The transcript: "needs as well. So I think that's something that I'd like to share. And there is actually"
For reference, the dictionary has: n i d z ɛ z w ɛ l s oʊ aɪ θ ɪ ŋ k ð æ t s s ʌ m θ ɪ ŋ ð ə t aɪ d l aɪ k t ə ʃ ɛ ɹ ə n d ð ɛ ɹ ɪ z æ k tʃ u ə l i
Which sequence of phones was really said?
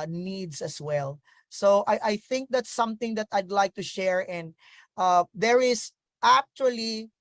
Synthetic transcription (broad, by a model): n i d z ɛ s w ɛ l s oʊ aɪ θ ɪ ŋ k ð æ t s s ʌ m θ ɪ ŋ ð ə t aɪ d l aɪ k t ə ʃ ɛ ɹ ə n d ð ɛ ɹ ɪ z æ k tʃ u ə l i